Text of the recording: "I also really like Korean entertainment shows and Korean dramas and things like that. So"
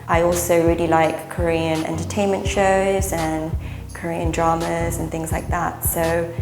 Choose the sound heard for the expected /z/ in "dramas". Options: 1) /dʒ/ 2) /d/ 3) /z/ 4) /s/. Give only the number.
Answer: 3